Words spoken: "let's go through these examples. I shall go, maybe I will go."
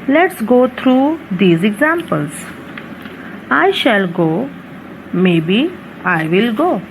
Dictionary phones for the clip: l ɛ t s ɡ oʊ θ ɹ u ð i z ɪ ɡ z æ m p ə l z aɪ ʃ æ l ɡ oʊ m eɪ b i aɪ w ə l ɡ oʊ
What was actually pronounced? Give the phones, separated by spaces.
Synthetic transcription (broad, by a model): l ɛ t s ɡ oʊ t ɹ u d i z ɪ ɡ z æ m p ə l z aɪ ʃ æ l ɡ oʊ m eɪ b i aɪ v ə l ɡ oʊ